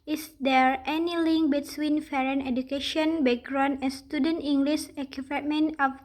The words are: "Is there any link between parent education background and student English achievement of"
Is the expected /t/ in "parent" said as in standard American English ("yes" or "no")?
no